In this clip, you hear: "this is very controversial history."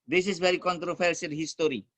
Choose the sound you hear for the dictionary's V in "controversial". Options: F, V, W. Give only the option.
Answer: F